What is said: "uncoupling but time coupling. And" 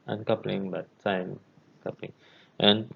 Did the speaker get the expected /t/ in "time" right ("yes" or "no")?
no